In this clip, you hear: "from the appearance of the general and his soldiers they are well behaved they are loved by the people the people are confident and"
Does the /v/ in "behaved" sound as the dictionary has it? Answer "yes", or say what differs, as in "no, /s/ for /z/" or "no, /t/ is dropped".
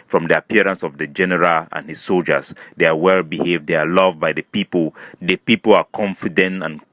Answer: yes